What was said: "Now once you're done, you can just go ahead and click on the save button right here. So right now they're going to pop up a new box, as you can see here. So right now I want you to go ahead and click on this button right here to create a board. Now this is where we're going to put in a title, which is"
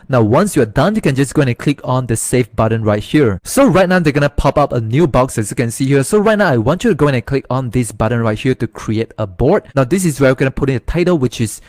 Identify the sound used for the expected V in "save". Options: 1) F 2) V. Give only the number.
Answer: 1